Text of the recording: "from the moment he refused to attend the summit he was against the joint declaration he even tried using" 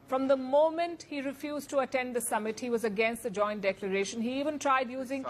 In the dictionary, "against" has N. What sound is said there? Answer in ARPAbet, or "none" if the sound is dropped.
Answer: N